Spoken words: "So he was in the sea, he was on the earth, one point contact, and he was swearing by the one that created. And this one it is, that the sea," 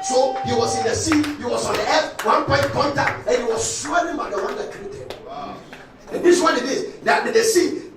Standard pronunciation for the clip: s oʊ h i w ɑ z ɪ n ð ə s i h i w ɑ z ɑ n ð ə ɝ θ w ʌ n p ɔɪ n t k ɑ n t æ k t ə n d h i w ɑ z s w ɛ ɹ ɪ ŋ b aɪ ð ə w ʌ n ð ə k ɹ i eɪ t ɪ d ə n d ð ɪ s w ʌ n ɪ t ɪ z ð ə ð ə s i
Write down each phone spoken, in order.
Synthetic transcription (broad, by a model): s oʊ h i w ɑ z ɪ n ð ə s i h i w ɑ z ɑ n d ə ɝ f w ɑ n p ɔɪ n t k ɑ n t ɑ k ə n h i w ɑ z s w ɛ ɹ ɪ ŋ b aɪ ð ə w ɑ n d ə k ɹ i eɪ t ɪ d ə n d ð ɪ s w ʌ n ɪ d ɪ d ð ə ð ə s i